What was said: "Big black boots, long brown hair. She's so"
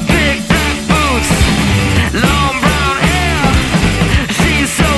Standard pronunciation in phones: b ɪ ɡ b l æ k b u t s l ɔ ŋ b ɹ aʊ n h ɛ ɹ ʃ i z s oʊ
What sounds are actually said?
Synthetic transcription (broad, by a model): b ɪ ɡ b æ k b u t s l ɔ ŋ b ɹ aʊ n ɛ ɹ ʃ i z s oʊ